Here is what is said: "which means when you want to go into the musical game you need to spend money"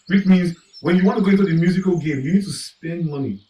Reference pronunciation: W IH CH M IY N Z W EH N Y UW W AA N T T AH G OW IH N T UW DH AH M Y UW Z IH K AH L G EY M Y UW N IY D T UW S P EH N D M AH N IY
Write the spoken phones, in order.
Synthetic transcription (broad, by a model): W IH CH M IY N Z W EH N Y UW W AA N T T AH G OW IH N T UW DH AH M Y UW Z IH K AH L G EY M Y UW N IY D T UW S P EH N D M AH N IY